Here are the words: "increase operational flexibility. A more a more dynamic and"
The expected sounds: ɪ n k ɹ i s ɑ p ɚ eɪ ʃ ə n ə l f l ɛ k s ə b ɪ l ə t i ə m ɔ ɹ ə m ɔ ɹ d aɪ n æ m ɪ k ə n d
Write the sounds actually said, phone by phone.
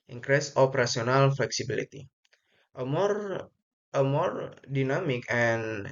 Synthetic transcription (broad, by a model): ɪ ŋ k ɹ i s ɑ p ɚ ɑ s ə n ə l f l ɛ k s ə b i l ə t i ə m ɔ ɹ ə m ɔ ɹ d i n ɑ m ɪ k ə n